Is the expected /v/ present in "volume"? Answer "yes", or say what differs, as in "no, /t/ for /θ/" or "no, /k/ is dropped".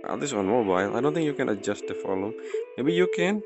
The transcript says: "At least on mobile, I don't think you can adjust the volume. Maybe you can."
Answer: no, /f/ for /v/